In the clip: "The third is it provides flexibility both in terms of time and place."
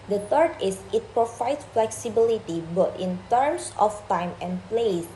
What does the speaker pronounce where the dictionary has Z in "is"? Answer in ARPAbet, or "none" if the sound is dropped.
S